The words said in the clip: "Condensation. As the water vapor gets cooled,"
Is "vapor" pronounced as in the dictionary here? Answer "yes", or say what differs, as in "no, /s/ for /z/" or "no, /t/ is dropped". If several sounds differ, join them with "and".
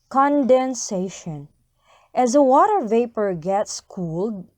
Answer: yes